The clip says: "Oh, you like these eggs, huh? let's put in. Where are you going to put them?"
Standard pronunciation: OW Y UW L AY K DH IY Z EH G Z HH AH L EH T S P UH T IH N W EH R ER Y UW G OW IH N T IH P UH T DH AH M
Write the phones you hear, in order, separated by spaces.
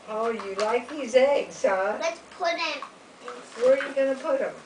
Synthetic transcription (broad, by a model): OW Y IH L AY K DH IY Z EH G Z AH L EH T S P UH T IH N W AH R Y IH G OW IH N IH P UH T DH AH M